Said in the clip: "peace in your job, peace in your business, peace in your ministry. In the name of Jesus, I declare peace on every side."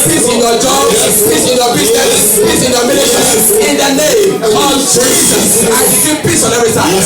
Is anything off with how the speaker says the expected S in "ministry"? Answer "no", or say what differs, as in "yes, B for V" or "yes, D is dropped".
yes, S is dropped